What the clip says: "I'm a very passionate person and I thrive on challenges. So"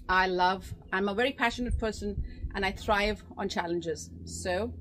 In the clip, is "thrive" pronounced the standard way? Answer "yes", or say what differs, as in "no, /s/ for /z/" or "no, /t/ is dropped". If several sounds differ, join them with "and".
yes